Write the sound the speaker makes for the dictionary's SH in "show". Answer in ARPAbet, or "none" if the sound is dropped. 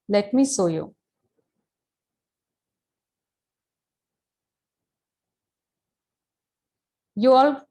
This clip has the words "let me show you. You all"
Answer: S